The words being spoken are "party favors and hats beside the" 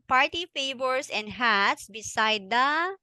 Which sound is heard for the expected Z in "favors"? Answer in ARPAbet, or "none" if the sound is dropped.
S